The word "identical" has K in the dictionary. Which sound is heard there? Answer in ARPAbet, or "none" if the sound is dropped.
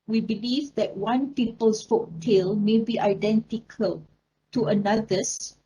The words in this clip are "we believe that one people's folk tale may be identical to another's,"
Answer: K